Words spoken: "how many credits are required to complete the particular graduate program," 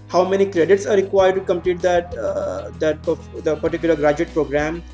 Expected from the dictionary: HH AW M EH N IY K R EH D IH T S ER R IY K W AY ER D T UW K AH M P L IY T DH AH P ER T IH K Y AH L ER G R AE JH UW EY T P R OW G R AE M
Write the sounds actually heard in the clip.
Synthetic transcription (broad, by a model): HH AW M EH N IY K R EH D IH T S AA R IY K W AY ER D T UW K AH M P L IY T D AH P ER T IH K Y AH L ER G R AE JH UW EY T P R OW G R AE M